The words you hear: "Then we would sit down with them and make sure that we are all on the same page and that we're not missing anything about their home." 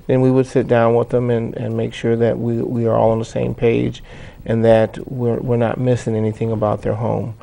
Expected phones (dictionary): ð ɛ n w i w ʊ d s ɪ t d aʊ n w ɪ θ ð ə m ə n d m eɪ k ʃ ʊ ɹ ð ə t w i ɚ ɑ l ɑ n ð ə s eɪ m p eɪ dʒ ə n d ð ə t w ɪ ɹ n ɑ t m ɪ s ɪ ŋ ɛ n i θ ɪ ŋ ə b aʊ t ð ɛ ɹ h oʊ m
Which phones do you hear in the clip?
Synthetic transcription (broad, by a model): ð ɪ n w i w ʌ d s ɪ t d aʊ n w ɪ ð ə m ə n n m eɪ k ʃ ʊ ɹ ð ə t w i ɚ ɑ l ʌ n ð ə s eɪ m p eɪ dʒ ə n ð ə t w ɪ ɹ n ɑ t m ɪ s ɪ ŋ ɛ n i θ ɪ ŋ ə b aʊ t ð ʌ ɹ h oʊ m